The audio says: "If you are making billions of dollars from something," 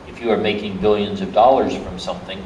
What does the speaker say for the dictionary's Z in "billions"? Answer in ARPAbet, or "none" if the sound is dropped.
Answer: Z